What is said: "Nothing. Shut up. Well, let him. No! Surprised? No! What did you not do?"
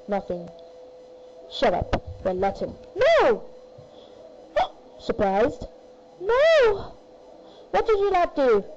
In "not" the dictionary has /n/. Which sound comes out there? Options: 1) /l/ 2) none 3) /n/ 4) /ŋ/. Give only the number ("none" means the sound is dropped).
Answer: 1